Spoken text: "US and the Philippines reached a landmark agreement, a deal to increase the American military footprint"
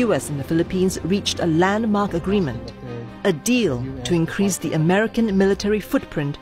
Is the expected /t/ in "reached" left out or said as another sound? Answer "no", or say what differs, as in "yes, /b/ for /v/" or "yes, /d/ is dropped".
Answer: no